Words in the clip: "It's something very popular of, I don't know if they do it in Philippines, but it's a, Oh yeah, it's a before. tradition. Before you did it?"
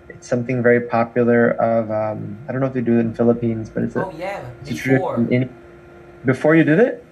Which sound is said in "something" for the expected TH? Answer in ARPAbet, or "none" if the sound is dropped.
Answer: TH